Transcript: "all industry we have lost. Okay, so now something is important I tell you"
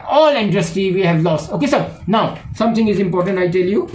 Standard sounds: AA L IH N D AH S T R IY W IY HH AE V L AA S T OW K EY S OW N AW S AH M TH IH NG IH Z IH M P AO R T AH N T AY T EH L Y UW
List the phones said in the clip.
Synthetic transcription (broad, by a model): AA L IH N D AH S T IY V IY HH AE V L AA S T OW K EY S OW N AW S AH M T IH NG IH Z IH M P AO R T AH N T AY T EH L Y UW